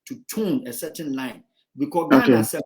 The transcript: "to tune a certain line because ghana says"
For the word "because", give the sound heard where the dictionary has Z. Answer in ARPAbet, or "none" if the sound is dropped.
none